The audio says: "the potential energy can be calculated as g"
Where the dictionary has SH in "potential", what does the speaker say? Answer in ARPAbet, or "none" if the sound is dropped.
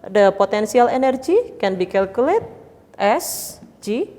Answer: S